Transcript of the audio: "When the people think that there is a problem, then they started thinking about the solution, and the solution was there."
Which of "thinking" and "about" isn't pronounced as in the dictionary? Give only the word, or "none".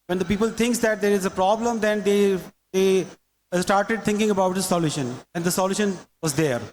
thinking